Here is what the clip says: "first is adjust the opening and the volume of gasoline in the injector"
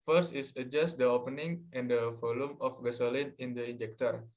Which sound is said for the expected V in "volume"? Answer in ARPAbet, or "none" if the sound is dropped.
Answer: F